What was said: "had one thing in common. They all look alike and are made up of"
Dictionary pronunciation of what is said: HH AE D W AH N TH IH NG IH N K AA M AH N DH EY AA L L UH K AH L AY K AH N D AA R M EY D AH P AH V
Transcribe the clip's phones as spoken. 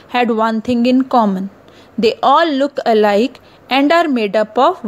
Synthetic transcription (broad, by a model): HH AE D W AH N T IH NG IH N K AA M AH N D EY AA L L UH K AH L AY K AH N D AA R M EY D AH P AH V